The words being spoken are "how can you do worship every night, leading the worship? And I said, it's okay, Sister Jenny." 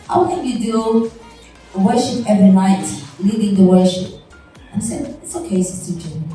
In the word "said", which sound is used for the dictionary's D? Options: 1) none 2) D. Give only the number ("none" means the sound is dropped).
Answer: 1